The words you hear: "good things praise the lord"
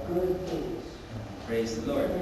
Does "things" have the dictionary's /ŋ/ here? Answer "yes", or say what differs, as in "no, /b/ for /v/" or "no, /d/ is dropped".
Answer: no, /ŋ/ is dropped